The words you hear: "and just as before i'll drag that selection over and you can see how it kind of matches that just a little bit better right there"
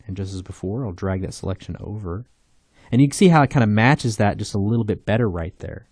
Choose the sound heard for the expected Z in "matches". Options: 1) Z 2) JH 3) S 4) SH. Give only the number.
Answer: 1